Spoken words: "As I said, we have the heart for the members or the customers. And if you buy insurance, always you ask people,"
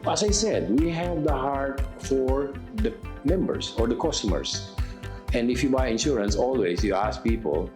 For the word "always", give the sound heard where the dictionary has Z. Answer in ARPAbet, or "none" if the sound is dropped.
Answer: S